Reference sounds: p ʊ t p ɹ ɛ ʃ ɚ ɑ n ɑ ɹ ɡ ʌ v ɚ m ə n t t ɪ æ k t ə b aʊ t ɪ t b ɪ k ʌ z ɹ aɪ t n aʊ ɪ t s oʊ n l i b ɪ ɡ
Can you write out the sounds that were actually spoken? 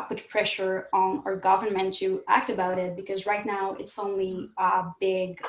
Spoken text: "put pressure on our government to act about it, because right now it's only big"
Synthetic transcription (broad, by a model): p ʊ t p ɹ ɛ ʃ ɚ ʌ n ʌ ɹ ɡ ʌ v ɚ m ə n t t ɪ æ k t ə b aʊ t ɪ t b ɪ k ʌ z ɹ aɪ t n aʊ ɪ t s oʊ n l i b ɪ ɡ